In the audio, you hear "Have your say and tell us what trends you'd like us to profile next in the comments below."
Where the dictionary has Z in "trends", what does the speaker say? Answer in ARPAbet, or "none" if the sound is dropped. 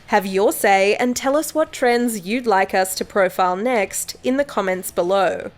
Z